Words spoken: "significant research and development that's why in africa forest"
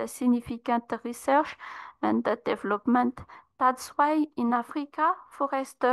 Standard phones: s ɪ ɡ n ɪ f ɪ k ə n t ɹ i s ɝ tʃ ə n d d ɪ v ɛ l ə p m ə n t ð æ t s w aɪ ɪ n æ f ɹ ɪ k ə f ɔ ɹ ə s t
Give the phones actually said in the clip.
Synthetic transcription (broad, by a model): s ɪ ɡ n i f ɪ k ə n t ɹ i s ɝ ʃ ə n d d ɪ v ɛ l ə p m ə n t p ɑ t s w aɪ ɪ n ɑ f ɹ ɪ k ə f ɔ ɹ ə s t